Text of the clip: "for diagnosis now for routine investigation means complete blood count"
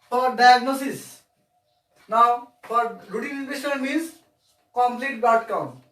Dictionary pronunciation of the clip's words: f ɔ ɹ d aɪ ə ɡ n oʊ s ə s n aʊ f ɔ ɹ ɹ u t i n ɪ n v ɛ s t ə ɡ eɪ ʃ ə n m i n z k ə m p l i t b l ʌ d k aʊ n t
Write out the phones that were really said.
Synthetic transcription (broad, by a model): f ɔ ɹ d aɪ ə ɡ n oʊ s ə s n aʊ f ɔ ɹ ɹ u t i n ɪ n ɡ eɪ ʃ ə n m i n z k ə m p l i t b ʌ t k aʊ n